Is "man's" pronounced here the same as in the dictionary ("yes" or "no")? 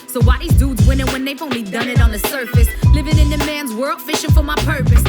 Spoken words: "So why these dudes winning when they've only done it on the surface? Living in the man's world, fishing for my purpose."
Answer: yes